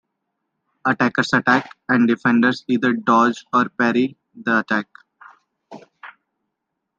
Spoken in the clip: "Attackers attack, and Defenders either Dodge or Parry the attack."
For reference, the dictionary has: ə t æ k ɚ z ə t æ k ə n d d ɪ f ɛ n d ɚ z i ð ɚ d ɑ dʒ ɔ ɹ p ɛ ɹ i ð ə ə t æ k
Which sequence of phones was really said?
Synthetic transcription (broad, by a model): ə t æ k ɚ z ə t æ k ə n d d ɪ f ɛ n d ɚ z i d ɚ d ɑ dʒ ɔ ɹ p ɛ ɹ i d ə ə t æ k